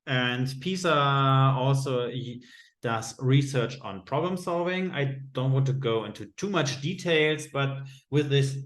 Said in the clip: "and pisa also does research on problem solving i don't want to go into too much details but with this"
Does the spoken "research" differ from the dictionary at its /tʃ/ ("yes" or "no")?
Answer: no